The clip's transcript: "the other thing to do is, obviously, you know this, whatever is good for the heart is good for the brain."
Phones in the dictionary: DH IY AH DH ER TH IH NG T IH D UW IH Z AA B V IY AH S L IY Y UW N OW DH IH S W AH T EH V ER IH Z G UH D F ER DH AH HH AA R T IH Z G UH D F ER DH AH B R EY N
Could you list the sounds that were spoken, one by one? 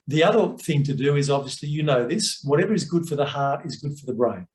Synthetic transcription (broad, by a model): DH IY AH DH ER TH IH NG T IH D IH IH Z AA B V IY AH S L IY Y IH N OW DH IH S W AH T EH V ER IH Z G UH D F ER DH AH HH AA R T IH Z G UH D F ER DH AH B R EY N